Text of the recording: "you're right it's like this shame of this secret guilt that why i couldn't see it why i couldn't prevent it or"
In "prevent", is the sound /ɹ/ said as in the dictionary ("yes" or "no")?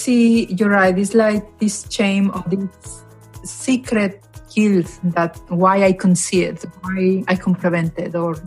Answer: no